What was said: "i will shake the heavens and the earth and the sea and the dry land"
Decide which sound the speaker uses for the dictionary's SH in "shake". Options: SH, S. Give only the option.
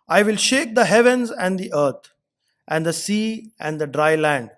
SH